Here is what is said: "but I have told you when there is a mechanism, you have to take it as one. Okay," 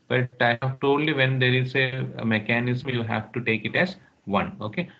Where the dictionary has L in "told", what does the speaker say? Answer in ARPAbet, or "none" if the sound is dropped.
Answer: none